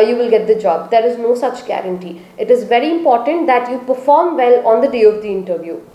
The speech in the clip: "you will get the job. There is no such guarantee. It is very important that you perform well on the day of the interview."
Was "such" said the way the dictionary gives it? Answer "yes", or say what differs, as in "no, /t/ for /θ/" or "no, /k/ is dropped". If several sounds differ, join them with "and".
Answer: yes